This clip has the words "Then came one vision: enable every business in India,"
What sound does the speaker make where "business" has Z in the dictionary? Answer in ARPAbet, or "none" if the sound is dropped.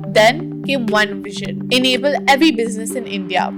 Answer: Z